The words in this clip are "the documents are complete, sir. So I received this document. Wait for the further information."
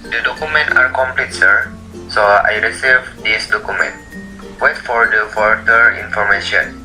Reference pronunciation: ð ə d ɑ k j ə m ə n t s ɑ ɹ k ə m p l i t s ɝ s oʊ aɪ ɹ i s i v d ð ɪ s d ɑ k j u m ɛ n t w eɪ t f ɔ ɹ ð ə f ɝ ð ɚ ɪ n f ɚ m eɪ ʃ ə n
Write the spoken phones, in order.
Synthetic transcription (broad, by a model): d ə d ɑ k j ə m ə n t ɑ ɹ k ə m p l i t s ɝ s oʊ aɪ ɹ i s i v d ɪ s d ɑ k j u m ɛ n t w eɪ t f ɔ ɹ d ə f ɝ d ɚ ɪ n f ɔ m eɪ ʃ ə n